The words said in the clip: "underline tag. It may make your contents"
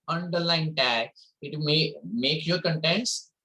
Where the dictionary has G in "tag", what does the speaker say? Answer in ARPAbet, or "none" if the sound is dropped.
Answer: none